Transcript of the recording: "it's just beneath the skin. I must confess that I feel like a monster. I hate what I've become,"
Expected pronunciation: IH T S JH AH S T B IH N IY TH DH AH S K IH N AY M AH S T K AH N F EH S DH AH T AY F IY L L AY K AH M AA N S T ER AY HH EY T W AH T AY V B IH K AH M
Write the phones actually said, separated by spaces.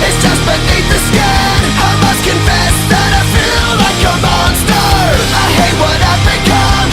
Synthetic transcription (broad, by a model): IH T S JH AH S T B IH N IY TH DH AH S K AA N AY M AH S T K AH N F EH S DH AH T AY F IY L L AY K AH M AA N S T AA AY HH EY T W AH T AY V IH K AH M